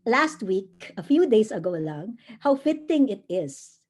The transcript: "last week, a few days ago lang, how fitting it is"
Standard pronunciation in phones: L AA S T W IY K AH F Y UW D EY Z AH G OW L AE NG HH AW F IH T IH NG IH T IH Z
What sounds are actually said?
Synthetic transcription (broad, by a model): L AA S T W IY K AH F Y UW D EY S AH G OW L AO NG HH AW F IH T IH NG IH T IH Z